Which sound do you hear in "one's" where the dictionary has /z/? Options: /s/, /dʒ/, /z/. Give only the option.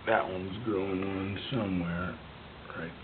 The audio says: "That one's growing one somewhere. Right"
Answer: /z/